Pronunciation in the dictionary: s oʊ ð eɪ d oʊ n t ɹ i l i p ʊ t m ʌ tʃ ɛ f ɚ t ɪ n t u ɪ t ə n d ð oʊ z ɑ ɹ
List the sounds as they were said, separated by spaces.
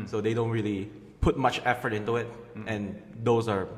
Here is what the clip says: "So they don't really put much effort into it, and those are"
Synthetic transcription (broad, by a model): s oʊ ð eɪ d oʊ n t ɹ i l i p ʊ t m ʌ tʃ ɛ f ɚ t ɪ n t u ɪ t ə n d oʊ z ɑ ɹ